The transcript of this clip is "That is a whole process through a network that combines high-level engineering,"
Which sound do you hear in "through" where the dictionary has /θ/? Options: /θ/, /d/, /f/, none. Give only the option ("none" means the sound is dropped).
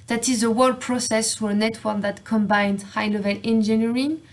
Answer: /f/